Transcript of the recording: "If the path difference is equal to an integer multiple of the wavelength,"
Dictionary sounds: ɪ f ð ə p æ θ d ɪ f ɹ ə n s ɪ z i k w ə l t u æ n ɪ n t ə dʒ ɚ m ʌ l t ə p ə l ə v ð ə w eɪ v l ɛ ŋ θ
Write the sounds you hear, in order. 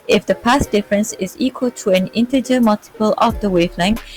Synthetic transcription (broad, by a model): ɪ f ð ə p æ s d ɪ f ɹ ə n s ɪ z i k w ə l t u æ n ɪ n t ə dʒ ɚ m ʌ l t ə p ə l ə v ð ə w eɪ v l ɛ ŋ